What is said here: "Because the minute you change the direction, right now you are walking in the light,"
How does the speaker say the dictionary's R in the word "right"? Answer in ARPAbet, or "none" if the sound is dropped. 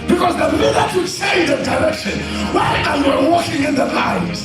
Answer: W